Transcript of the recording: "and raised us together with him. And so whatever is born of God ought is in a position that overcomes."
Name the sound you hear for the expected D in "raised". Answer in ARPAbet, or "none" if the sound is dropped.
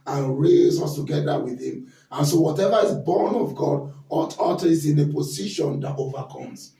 none